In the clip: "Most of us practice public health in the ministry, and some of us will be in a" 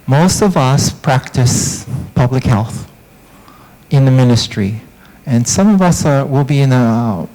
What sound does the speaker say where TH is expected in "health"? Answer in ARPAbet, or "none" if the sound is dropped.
TH